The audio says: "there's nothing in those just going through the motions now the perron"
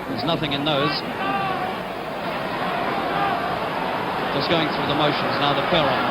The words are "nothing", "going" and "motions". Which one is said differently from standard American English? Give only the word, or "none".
none